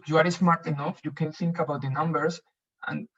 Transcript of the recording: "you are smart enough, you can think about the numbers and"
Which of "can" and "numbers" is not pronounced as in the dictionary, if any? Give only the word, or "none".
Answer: numbers